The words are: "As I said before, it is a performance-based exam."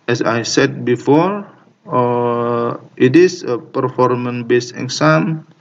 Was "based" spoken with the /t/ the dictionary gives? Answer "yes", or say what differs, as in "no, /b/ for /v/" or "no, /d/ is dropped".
no, /t/ is dropped